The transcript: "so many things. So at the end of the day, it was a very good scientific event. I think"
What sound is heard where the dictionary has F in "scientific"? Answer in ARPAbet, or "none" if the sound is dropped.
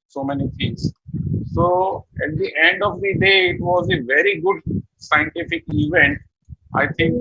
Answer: F